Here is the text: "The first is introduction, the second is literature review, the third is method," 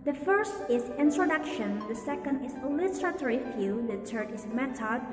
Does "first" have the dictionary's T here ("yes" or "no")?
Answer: yes